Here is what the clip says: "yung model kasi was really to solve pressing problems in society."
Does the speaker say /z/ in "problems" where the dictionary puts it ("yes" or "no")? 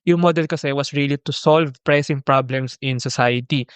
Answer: no